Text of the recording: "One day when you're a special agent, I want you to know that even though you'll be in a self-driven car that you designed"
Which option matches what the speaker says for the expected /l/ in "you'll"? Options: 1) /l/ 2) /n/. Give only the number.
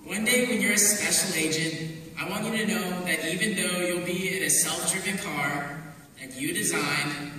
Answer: 1